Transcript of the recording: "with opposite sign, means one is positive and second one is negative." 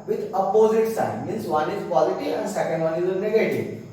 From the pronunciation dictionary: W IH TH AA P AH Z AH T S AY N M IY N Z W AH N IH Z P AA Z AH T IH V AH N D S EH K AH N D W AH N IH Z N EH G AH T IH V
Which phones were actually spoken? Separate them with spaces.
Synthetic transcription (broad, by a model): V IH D AA P AH Z AH T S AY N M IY N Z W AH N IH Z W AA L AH T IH AH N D S EH K AH N D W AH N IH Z N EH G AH T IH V